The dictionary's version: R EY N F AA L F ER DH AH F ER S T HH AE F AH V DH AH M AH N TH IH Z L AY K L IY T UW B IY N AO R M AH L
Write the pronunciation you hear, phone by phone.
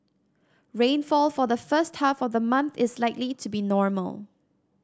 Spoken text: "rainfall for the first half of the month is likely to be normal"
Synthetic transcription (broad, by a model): R EY N F AA L F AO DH AH F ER S T HH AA F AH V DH AH M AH N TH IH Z L AY K L IY T UW B IY N AO R M AH L